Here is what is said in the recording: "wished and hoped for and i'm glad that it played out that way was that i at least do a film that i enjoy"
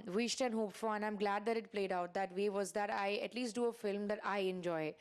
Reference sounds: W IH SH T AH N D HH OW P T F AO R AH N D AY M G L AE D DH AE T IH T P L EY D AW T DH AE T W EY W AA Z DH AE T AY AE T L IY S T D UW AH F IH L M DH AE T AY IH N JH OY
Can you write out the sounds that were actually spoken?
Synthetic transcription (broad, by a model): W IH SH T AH N HH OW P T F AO L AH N AY M G L AE D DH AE T IH T P L EY D AW T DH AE T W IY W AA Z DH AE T AY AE T L IY S T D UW AH F IH L M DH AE T AY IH N JH OY